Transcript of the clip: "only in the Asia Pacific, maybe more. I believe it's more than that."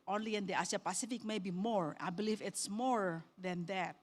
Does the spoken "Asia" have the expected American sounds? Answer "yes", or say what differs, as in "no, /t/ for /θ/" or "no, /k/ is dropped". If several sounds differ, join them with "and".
no, /s/ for /ʒ/